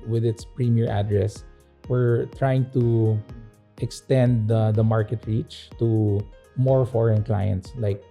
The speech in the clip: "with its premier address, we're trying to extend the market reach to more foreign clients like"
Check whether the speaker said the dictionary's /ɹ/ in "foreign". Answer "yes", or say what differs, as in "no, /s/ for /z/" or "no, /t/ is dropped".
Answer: yes